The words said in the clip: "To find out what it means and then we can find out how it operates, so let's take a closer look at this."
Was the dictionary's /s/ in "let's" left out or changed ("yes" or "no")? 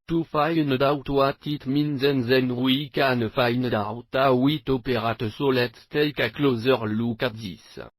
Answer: yes